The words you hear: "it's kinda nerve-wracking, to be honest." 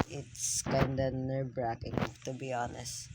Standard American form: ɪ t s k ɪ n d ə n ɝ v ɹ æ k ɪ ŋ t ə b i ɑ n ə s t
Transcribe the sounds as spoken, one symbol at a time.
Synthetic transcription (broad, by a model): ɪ t s k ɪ n d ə n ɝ b ɹ æ k ɪ ŋ t ə b i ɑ n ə s t